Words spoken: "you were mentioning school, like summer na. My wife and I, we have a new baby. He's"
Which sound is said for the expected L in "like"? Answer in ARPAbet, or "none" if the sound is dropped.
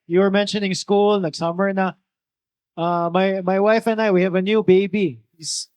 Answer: N